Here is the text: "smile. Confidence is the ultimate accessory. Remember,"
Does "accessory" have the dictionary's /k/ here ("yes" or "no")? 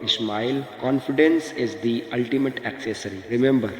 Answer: yes